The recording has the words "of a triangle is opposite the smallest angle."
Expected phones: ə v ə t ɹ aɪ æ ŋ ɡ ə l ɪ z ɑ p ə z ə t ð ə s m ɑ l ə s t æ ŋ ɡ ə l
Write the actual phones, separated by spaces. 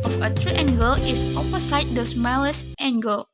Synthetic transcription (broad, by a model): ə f ə t ɹ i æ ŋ ɡ ə l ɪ s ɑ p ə s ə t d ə s m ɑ l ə s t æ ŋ ɡ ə l